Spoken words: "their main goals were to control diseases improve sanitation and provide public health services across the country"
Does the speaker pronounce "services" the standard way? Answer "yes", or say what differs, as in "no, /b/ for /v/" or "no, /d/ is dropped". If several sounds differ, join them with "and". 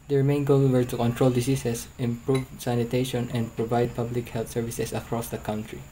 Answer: no, /s/ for /z/